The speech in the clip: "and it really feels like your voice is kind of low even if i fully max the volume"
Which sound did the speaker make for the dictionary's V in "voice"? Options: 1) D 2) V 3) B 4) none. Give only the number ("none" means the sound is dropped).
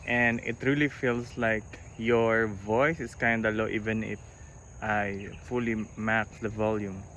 2